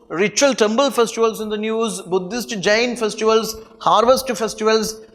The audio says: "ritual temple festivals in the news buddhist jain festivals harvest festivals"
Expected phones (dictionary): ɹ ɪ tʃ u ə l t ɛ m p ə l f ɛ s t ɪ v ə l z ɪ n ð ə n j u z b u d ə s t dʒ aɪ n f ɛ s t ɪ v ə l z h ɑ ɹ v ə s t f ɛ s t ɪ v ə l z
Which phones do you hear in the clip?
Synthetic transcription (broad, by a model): ɹ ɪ tʃ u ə l t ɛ m b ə l f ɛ s t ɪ v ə l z ɪ n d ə n j u z b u d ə s t dʒ aɪ n f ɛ s t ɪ v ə l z h ɑ ɹ v ə s t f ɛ s t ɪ v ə l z